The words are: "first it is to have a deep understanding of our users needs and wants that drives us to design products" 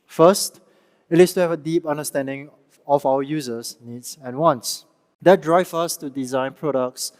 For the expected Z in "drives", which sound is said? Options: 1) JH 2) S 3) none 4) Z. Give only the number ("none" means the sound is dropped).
3